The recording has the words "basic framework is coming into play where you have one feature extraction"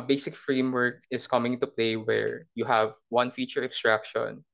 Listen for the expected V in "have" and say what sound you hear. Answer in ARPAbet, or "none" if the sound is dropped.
V